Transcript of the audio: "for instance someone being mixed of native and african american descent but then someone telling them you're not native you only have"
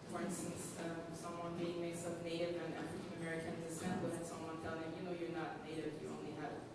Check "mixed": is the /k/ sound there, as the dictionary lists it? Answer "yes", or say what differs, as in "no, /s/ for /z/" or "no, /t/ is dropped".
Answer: no, /k/ is dropped